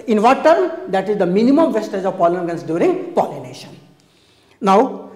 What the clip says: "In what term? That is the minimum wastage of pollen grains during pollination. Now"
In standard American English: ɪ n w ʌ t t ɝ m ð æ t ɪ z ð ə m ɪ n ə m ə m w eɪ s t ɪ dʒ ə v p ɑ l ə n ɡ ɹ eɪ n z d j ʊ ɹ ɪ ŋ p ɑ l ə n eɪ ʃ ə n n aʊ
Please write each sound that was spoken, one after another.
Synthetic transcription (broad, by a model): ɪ n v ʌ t t ɝ m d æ t ɪ z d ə m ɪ n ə m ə m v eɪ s t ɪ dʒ ə v p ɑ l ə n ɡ ʌ n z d j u ɹ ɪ ŋ p ɑ l ə n eɪ ʃ ə n n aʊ